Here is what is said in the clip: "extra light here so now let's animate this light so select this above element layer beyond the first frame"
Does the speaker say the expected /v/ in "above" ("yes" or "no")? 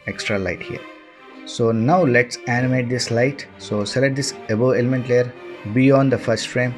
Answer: no